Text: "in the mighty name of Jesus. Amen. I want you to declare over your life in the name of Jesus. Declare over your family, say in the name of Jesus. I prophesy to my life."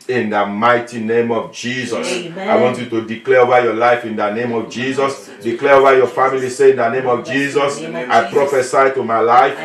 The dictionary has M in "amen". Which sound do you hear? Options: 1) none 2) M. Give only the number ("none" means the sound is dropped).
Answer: 1